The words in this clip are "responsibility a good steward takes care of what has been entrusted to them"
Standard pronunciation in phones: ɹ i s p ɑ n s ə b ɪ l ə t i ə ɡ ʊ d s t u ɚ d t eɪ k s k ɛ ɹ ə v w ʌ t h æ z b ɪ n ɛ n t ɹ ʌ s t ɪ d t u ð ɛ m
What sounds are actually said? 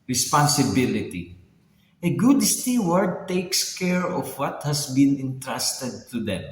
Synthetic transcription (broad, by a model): ɹ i s p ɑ n s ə b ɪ l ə t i ə ɡ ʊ d s t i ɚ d t eɪ k s k ɛ ɹ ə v w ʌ t h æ s b ɪ n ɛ n t ɹ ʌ s t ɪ d t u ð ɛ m